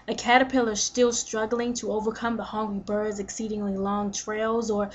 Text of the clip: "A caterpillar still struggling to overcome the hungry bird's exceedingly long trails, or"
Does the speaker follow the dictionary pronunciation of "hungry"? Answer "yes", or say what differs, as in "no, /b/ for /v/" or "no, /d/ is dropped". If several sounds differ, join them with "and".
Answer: no, /ɹ/ is dropped